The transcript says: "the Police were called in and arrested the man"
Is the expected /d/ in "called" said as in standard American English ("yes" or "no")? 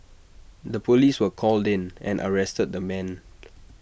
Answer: yes